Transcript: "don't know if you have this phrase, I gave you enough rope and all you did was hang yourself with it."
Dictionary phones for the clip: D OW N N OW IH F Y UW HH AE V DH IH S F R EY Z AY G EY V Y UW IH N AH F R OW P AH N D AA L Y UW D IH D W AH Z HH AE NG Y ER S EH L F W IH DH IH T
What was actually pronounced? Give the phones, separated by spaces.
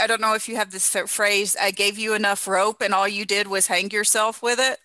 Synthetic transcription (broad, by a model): D OW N N OW IH F Y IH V DH IH S F R EY Z AY G EY V Y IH IH N AH F R OW P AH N AA L Y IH D IH D W AH Z HH AE NG Y ER S EH L F W IH DH IH T